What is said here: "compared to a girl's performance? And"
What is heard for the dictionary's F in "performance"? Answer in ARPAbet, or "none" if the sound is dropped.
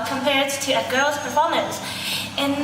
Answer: P